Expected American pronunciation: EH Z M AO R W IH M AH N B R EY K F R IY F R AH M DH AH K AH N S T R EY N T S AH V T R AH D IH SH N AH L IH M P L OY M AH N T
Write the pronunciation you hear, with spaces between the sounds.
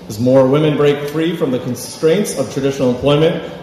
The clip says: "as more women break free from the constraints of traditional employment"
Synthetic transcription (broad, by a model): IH Z M AO R W IH M AH N B R EY K F R IY F R AH M DH AH K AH N S T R EY N T S AH V T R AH D IH SH N L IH M P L OY M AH N T